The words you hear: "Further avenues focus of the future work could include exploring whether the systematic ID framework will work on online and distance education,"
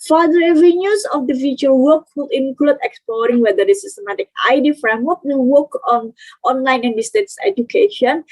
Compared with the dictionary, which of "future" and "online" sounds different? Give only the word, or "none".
future